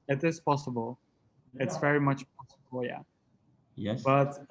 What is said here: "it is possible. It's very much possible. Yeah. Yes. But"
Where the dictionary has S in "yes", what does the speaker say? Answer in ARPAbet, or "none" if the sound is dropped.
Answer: none